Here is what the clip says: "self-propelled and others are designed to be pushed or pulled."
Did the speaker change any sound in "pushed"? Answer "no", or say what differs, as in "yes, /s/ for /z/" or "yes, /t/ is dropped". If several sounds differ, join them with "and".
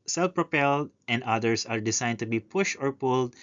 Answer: no